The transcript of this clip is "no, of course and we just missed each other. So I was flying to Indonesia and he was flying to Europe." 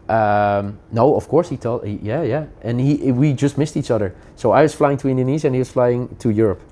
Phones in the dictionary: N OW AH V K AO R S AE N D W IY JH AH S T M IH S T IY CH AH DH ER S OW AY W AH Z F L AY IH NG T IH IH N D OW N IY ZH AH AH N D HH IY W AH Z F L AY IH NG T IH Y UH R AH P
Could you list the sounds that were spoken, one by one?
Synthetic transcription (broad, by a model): N OW AH V K AO R S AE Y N W IY JH AH S T M IH S T IY CH AH DH ER S OW AY W AH Z F L AY IH NG T IH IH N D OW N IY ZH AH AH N HH IY W AH Z F L AY IH NG T IH Y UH R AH P